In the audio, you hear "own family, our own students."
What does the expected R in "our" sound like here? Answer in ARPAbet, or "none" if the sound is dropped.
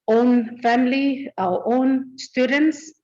W